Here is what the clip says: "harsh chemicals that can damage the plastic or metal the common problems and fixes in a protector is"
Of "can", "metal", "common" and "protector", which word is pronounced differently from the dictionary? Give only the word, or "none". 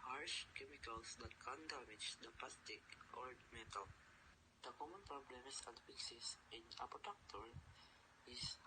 protector